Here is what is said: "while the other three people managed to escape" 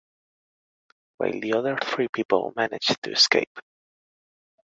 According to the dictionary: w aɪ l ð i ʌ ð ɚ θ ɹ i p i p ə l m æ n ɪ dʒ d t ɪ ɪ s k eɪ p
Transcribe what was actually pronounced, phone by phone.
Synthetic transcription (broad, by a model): w aɪ l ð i ʌ ð ɚ θ ɹ i p i p ə l m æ n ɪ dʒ t ɪ ɪ s k eɪ p